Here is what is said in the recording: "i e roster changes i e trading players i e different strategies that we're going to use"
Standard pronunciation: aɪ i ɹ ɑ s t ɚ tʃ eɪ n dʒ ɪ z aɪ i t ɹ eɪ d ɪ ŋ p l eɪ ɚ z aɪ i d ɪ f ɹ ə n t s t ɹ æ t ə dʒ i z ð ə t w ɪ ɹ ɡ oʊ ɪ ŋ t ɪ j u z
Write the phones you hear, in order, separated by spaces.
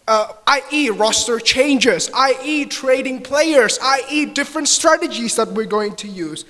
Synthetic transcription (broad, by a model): aɪ i ɹ ɑ s t ɚ tʃ eɪ n dʒ ɪ z aɪ i t ɹ eɪ d ɪ ŋ p l eɪ ɚ z aɪ i d ɪ f ɹ ə n t s t ɹ æ t ə dʒ i z ð ə t w ɪ ɹ ɡ oʊ ɪ ŋ t ɪ j u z